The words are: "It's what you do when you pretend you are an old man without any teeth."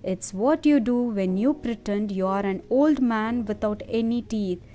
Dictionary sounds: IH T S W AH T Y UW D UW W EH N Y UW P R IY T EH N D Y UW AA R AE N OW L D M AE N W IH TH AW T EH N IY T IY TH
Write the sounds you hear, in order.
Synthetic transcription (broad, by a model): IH T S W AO T Y UW D UW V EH N Y UW P R IY T EH N D Y UW AA R AE N OW L D M AE N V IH T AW T EH N IY T IY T